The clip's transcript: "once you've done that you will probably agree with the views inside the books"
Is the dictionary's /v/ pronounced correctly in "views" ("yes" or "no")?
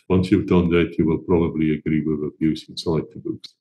no